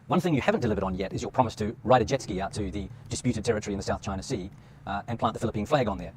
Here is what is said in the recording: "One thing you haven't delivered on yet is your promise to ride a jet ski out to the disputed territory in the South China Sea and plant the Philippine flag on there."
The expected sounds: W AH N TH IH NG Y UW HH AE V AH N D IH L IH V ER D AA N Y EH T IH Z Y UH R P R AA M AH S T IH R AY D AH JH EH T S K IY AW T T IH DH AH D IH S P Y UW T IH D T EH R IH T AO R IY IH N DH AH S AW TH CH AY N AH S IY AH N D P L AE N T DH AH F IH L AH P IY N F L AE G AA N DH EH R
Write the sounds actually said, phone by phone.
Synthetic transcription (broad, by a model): W AH N TH IH NG Y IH HH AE V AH N D IH L IH V ER D N Y EH T IH Z Y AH R P R AA M AH S T IH R AY D AH JH EH T S K IY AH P T IH DH AH D IH S P Y UW T IH D T EH R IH T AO R IY IH N DH AH S AW TH CH AY N AH S IY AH N P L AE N DH AH F IH L AH P IY N F L AE G N DH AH R